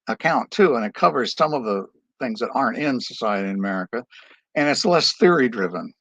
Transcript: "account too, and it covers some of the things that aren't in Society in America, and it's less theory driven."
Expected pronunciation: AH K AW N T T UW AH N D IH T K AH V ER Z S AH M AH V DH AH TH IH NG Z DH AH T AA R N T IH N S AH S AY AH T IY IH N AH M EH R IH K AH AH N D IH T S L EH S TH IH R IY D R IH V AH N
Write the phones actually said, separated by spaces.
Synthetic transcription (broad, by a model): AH K AW N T T UW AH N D IH T K AH V ER Z S AH M AH V DH AH TH IH NG Z DH AH T AA R N T IH N S AH S AY AH T IY IH N AH M EH R IH K AH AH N IH T S L EH S TH IH R IY D R IH V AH N